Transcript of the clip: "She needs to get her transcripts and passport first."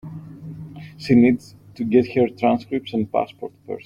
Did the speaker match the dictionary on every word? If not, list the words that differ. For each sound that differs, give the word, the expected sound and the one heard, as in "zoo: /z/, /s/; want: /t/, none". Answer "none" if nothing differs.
first: /f/, /p/; first: /t/, none